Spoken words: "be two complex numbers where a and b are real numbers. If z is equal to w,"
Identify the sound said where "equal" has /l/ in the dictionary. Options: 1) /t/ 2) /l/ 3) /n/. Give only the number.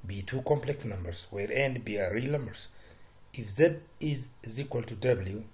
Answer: 2